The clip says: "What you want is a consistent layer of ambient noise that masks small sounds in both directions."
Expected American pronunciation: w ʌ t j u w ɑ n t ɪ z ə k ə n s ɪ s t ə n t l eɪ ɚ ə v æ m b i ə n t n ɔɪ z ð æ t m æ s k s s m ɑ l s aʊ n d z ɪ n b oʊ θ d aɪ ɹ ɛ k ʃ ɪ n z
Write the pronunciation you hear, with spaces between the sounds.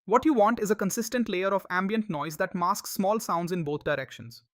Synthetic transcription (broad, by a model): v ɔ t j u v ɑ n t ɪ z ə k ə n s ɪ s t ə n t l eɪ ɚ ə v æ m b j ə n t n ɔɪ z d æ t m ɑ s k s s m ɑ l s aʊ n d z ɪ n b oʊ t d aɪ ɹ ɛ k ʃ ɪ n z